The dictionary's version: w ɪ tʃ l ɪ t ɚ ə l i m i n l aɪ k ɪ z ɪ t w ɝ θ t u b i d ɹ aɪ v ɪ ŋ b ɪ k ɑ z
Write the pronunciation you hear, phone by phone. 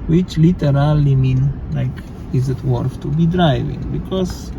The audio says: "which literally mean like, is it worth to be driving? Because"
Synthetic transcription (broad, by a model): w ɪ tʃ l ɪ t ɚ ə l i m i n l aɪ k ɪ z ɪ t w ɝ f t u b i d ɹ aɪ v ɪ ŋ b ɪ k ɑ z